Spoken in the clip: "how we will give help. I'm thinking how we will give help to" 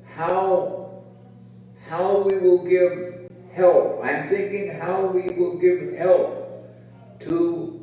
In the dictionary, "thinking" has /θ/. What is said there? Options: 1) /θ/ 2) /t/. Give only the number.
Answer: 1